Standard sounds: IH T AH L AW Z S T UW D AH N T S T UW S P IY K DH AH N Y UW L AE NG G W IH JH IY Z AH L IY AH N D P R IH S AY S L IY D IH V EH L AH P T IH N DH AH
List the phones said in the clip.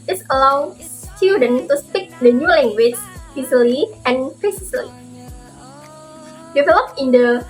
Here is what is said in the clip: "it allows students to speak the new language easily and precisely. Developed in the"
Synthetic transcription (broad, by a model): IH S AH L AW S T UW D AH N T T UW S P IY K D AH N Y UW L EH NG G W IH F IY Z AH L IY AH N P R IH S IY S L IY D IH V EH L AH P IH N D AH